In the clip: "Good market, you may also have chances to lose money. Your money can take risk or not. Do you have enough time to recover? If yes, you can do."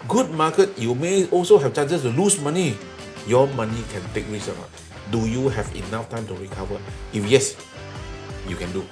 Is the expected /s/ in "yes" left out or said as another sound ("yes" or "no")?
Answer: no